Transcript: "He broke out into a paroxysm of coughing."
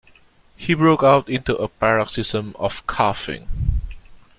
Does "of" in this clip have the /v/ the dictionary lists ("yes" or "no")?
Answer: no